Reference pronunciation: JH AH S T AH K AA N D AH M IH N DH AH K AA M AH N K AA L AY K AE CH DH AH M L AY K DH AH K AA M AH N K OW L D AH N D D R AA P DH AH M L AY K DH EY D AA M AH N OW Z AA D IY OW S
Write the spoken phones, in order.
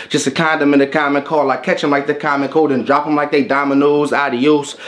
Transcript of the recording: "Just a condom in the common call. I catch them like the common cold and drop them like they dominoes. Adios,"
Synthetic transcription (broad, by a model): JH AH S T AH K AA N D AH M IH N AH K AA M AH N K AA L AY K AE CH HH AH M L AY K DH AH K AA M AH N K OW D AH N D D R AA P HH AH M L AY K DH EY D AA M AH N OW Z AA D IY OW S